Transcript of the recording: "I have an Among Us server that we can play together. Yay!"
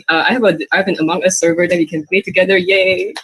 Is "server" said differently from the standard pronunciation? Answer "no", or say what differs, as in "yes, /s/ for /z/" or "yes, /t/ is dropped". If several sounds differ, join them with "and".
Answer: no